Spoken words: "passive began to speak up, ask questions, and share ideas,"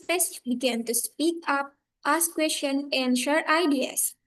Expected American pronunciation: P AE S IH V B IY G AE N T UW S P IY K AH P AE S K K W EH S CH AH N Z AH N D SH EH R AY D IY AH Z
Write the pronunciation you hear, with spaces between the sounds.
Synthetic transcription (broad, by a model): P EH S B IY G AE N T UW S P IY K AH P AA S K K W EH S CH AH N AH N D SH EH R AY D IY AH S